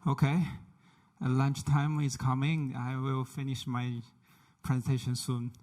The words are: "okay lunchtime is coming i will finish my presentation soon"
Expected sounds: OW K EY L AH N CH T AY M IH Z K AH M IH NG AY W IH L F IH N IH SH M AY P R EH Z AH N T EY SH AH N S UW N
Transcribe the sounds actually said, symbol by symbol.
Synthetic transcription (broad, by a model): OW K EY L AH N CH T AY M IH S K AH M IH NG AY W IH L F IH N IH SH M AY P R EH Z AH N T EY SH AH N S UW N